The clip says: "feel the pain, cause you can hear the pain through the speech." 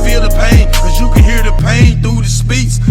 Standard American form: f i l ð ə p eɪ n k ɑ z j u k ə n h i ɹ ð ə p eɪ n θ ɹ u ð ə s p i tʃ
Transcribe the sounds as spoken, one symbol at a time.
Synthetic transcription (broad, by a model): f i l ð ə p eɪ n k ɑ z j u k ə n h i ɹ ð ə p eɪ n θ u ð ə s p i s